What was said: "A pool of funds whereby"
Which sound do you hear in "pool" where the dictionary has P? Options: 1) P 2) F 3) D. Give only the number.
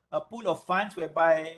1